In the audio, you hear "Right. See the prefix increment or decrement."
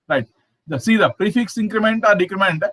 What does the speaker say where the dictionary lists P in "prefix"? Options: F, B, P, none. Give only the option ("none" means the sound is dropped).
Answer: P